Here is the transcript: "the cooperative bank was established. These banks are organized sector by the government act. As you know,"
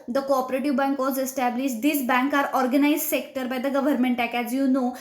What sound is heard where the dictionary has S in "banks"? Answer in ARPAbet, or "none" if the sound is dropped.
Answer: none